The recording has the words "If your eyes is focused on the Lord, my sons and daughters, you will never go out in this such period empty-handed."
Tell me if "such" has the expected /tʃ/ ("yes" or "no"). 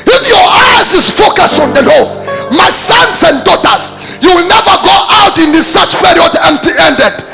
yes